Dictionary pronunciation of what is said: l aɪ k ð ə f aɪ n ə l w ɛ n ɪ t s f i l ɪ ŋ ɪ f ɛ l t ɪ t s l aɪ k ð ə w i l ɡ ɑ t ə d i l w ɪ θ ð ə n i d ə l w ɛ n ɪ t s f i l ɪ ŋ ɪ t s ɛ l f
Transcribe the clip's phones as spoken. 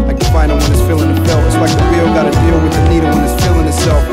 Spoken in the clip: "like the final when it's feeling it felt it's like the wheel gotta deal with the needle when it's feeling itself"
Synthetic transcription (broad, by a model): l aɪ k ð ə f aɪ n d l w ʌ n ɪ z f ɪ l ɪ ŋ ɪ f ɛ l ɪ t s l aɪ k ð ə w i ɡ ɑ t ə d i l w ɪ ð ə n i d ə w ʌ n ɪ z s f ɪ l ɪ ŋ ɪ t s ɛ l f